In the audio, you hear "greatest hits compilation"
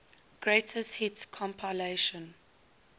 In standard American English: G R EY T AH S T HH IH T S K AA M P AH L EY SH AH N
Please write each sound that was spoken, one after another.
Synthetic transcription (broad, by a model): G R EY T AH S T HH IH T K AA M P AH L EY SH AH N